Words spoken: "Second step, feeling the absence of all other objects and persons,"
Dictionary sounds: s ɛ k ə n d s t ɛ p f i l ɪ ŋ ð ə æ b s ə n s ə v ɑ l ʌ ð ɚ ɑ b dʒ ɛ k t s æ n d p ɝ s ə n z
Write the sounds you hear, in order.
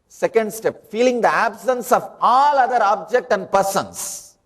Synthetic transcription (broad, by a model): s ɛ k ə n d s t ɛ p f i l ɪ ŋ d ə æ b s ə n s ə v ɑ l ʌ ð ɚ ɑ b dʒ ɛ k t æ n d p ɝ s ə n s